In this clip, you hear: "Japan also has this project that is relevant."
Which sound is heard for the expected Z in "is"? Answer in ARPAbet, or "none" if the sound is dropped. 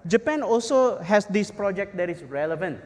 S